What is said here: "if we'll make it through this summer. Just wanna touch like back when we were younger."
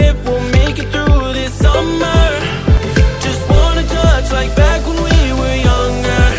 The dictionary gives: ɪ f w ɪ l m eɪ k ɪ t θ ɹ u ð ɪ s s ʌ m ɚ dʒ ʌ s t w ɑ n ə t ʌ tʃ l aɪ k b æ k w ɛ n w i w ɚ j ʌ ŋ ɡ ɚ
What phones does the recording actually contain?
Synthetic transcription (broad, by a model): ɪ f w ɪ l m eɪ k ɪ t θ ɹ u ð ɪ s s ʌ m ɚ dʒ ʌ s t w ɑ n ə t ʌ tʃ l aɪ k b æ k w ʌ n w i w ɚ j ʌ ŋ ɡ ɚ